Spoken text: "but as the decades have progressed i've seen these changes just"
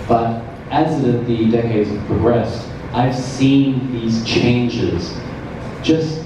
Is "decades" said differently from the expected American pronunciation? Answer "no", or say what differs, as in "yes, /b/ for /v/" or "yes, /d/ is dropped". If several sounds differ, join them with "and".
no